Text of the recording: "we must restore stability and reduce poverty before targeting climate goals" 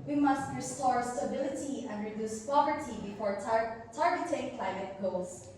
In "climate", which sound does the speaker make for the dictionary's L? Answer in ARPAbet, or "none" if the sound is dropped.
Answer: L